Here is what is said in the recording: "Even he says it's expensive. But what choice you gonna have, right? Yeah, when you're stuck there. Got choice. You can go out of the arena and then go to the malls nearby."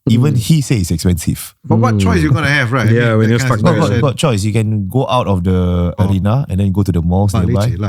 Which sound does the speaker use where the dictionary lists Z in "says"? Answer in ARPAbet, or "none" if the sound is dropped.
none